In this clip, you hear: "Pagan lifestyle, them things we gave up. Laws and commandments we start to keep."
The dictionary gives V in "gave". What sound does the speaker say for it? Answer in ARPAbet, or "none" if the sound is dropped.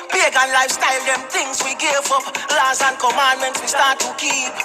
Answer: F